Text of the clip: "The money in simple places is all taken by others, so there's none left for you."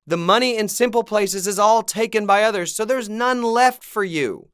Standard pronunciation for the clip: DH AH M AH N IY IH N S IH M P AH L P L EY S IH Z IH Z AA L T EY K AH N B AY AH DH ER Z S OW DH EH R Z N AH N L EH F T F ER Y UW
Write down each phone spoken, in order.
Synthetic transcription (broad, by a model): DH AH M AH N IY IH N S IH M P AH L P L EY S IH Z IH Z AA L T EY K AH N B AY AH DH ER Z S OW DH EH R Z N AH N L EH F T F ER Y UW